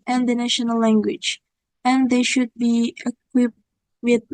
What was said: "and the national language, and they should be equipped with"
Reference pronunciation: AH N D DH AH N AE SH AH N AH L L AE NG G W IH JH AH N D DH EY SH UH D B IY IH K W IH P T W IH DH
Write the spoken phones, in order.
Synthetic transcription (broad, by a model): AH N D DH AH N AE SH AH N AH L L AE NG G W IH JH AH N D DH EY SH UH D B IY IH K W IH P T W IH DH